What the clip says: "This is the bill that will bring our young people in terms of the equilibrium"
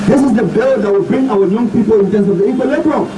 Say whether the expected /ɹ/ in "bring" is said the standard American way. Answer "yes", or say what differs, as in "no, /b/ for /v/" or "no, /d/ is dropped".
yes